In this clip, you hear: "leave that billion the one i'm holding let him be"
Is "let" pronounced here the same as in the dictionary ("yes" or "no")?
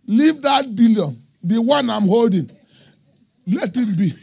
yes